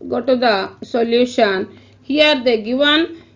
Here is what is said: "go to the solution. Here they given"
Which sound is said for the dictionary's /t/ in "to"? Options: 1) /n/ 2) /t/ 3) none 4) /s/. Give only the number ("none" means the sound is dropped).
2